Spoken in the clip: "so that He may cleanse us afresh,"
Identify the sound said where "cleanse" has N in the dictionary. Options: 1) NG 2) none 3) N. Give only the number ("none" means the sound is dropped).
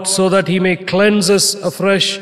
3